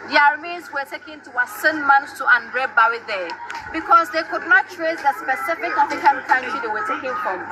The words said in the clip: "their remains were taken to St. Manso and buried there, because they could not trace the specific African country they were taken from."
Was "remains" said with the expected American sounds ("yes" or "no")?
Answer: no